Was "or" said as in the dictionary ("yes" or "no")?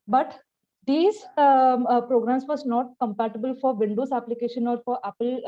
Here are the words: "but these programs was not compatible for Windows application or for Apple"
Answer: yes